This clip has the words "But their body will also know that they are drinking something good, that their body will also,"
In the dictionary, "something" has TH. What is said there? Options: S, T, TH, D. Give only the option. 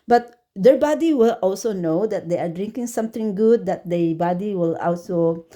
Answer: T